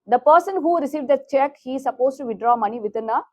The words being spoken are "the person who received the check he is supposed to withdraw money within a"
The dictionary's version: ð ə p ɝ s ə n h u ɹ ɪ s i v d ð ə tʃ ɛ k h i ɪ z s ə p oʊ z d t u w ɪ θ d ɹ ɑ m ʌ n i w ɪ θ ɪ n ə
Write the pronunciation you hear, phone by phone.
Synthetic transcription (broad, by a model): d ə p ɝ s ə n h u ɹ ɪ s i v d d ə tʃ ɛ k h i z s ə p oʊ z t u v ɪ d ɹ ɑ m ʌ n i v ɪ t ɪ n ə